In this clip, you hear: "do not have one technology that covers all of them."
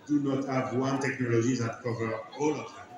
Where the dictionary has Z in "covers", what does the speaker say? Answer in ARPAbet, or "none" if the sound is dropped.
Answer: none